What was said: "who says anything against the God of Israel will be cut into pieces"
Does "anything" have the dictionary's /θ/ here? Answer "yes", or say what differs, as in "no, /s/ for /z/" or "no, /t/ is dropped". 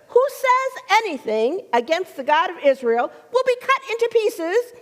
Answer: yes